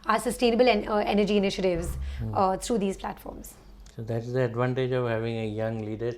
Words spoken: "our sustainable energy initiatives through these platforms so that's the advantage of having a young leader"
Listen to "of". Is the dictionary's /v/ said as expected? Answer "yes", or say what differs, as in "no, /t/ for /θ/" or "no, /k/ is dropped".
yes